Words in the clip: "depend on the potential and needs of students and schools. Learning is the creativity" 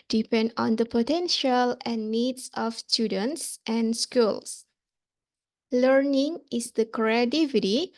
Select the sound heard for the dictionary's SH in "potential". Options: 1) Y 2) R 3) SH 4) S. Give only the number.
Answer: 3